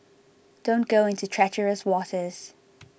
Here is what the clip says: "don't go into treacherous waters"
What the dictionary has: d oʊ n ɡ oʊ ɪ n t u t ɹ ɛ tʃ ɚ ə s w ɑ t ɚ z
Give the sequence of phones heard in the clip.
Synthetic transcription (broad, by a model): d oʊ n ɡ oʊ ɪ n t u t ɹ ɛ tʃ ɚ ə s w ɑ t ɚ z